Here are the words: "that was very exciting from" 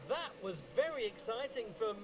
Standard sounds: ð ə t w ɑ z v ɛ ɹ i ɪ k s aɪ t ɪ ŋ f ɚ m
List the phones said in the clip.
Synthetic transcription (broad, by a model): ð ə t w ɑ z v ɛ ɹ i ɪ k s aɪ t ɪ ŋ f ɚ m